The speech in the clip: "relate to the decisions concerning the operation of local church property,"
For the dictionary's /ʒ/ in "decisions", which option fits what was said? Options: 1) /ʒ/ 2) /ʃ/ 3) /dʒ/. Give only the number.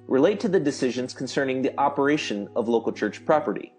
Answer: 1